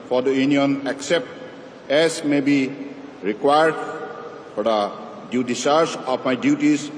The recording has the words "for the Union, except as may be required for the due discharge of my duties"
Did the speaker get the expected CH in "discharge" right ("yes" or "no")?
no